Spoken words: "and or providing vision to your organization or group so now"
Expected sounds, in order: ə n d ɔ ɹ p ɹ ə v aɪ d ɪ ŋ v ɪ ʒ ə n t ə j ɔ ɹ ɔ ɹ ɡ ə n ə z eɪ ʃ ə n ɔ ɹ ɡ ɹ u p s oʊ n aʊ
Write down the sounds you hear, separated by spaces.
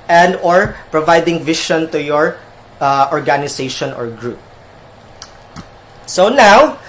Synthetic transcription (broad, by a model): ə n d ɔ ɹ p ɹ ə v aɪ d ɪ ŋ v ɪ ʃ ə n t ə j ɔ ɹ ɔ ɹ ɡ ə n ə s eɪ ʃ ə n ɔ ɹ ɡ ɹ u p s oʊ n aʊ